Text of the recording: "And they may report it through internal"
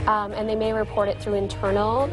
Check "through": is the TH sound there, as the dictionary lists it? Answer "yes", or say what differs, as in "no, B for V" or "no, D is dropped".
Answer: yes